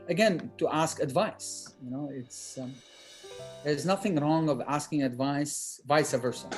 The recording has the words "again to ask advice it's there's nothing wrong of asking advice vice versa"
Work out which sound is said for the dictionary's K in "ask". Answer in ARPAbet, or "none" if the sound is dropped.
K